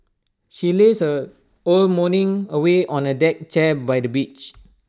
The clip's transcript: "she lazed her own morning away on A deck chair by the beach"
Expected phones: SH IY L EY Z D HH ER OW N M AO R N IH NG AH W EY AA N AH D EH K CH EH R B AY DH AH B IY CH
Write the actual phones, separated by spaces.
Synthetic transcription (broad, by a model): SH IY L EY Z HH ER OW L M AO N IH NG AH W EY AA N AH D EH K CH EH B AY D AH B IY CH